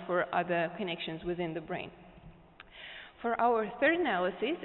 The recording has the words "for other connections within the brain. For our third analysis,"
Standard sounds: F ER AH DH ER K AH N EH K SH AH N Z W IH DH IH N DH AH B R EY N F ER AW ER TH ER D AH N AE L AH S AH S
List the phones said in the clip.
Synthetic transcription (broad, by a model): F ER AH DH ER K AH N EH K SH AH N Z W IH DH IH N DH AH B R EY N F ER AW ER TH ER D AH N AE L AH S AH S